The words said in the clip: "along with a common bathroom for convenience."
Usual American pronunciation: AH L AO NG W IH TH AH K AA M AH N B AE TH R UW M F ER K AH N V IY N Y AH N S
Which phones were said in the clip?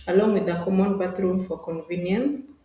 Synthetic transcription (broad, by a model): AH L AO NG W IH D AH K AA M AH N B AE T R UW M F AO K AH N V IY N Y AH N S